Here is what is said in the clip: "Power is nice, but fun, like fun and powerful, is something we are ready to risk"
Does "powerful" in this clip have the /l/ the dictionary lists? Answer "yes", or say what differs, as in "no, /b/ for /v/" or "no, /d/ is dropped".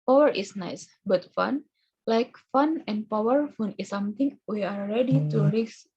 no, /n/ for /l/